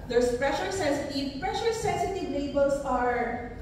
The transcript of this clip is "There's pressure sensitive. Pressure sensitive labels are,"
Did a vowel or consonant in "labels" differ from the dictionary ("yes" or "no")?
yes